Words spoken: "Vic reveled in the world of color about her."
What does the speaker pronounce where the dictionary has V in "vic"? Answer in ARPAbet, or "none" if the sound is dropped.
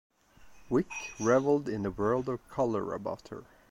W